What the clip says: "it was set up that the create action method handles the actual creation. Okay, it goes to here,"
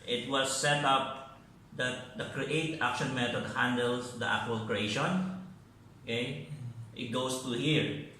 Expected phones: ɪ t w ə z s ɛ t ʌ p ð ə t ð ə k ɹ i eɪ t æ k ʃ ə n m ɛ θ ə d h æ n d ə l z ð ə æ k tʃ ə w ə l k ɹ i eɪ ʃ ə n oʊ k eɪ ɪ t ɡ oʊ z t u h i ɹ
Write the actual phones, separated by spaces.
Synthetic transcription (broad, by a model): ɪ t w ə s ɛ t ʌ p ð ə t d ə k ɹ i eɪ t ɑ k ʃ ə n m ɛ t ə d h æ n d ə l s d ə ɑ k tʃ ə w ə l k ɹ i eɪ ʃ ə n oʊ k eɪ ɪ t ɡ oʊ s t u h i ɹ